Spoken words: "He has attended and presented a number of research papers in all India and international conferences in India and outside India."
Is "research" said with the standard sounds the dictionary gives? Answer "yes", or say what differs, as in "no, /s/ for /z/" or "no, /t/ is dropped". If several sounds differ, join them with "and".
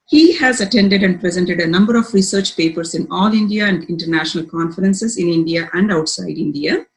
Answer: yes